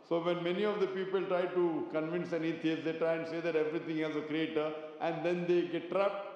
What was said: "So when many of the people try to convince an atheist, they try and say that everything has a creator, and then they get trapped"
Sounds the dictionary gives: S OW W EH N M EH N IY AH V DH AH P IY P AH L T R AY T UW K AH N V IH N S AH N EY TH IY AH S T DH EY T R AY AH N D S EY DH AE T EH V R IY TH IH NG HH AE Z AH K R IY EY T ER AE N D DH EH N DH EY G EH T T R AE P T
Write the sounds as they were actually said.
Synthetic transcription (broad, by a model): S OW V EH N M EH N IY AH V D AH P IY P AH L T R AY T UW K AH N V IH N S AH N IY T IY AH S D EY T R AY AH N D S EY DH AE T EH V R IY T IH NG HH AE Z AH K R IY EY T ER AE N D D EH N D EY G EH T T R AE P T